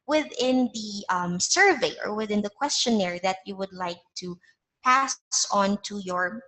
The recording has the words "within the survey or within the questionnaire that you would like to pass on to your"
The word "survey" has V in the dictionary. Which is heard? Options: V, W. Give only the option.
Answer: V